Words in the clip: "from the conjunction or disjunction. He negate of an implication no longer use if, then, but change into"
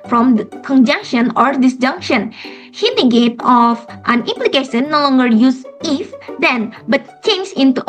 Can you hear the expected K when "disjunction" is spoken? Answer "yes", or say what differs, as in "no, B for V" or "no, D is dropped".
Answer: yes